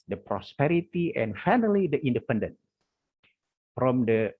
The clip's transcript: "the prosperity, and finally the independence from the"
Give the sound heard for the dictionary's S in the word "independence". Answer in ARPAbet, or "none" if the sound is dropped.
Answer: none